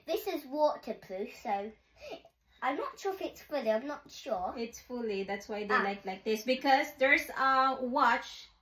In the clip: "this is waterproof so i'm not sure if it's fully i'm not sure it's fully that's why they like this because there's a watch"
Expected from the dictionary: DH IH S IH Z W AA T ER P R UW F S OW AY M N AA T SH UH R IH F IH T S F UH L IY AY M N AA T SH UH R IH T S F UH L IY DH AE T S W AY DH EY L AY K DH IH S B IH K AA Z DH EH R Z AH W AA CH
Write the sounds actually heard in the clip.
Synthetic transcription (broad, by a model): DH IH S IH Z W AA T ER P L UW S OW AY M N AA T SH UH IH F IH T S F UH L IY AY M N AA T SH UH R IH T S F UH L IY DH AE T S W AY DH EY L AY K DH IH S B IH K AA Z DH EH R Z AH W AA CH